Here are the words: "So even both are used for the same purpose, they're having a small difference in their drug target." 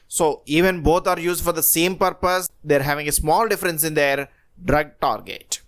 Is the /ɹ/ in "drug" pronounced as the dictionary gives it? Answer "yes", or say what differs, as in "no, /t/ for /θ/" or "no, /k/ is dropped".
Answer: yes